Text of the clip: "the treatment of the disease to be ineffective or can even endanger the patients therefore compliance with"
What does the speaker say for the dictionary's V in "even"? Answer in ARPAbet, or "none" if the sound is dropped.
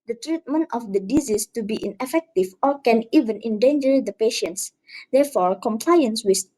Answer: V